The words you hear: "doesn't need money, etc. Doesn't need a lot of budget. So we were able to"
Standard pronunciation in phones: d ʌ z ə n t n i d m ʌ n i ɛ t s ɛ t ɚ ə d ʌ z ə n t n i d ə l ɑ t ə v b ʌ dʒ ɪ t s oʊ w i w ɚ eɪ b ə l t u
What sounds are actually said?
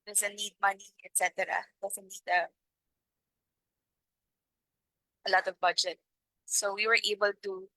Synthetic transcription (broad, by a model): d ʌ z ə n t n i d m ʌ n i ɛ t s ɛ t ɚ ə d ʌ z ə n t n i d ə l ɑ t ə v b ʌ dʒ ɪ t s oʊ w i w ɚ eɪ b ə l t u